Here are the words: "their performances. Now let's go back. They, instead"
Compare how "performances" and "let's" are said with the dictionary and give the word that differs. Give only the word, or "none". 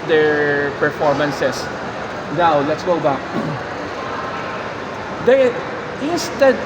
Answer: performances